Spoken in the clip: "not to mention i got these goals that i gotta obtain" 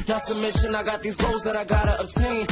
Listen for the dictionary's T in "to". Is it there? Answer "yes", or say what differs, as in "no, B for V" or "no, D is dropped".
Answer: no, S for T